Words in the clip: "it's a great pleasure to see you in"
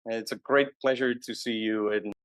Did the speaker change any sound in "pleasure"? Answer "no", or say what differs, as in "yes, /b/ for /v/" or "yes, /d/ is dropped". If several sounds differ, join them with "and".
no